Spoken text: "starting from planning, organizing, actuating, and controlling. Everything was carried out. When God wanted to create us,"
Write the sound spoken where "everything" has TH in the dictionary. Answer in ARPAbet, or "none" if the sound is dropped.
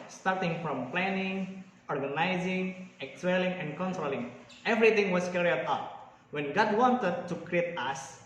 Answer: T